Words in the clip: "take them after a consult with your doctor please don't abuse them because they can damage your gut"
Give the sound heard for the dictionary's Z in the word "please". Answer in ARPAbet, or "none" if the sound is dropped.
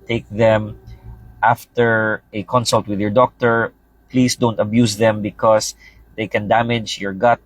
S